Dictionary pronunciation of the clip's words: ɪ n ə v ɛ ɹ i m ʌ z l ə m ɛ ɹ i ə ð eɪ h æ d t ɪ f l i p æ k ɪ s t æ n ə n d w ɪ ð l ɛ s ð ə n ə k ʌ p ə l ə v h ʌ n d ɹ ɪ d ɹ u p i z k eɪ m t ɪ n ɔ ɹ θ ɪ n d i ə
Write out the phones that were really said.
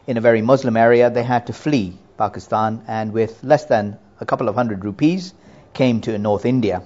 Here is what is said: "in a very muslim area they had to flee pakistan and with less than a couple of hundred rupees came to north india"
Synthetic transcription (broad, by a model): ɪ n ə v ɛ ɹ i m ʌ z l ə m ɛ ɹ i ə ð eɪ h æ d t ɪ f l i p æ k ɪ s t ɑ n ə n w ɪ ð l ɛ s ð ə n ə k ʌ p l ə v h ʌ n d ɹ ɪ d ɹ u p i z k eɪ m t ɪ n ɔ ɹ θ ɪ n d i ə